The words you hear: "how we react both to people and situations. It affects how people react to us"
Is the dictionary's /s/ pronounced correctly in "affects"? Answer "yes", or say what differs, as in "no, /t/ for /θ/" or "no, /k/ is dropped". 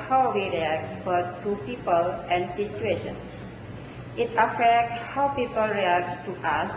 no, /s/ is dropped